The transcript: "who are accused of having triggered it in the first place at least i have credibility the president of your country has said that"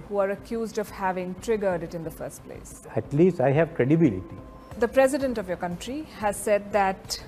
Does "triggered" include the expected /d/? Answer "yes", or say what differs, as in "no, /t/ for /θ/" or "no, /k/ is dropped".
yes